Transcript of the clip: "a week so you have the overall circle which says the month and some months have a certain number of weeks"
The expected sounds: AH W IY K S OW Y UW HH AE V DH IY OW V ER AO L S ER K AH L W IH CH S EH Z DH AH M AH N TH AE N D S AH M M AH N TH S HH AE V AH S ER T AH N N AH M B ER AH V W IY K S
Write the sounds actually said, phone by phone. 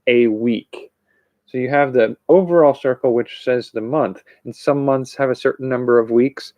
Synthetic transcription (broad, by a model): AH W IY K S OW Y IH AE V DH IY OW V ER AO L S ER K L W IH CH S EH Z DH AH M AH N TH N S AH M M AH N TH S HH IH V AH S ER T N N AH M B ER AH V W IY K S